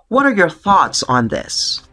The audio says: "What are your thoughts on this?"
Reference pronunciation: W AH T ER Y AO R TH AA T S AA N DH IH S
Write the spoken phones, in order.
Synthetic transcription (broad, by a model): W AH T ER Y AO R TH AA T S N DH IH S